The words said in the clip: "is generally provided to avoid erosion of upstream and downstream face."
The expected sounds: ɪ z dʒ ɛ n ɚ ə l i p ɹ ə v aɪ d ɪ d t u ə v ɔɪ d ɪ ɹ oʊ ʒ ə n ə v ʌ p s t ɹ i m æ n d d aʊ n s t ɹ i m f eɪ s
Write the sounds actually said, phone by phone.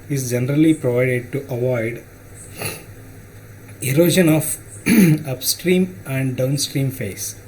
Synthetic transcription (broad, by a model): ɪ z dʒ ɛ n ɚ ə l i p ɹ ə v aɪ d ɪ d t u ə v ɔɪ d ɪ ɹ oʊ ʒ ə n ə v ʌ p s t ɹ i m æ n d d aʊ n s t ɹ i m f eɪ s